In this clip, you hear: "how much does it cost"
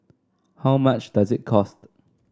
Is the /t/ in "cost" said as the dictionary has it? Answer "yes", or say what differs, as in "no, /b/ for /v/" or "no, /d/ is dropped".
yes